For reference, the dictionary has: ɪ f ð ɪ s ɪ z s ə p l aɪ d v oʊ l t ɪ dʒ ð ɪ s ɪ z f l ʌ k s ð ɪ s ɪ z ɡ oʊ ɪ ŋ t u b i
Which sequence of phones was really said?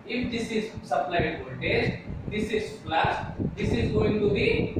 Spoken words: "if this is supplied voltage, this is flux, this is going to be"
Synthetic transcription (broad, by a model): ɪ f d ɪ s ɪ z s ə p l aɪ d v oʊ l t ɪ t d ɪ s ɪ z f l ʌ s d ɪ s ɪ z ɡ oʊ ɪ ŋ t u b i